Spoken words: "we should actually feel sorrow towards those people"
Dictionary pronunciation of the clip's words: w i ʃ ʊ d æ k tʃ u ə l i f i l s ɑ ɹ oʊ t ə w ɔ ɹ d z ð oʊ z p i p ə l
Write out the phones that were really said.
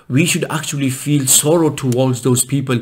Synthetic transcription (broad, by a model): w i ʃ ʊ d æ k tʃ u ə l i f i l s ɑ ɹ oʊ t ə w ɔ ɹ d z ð oʊ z p i p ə l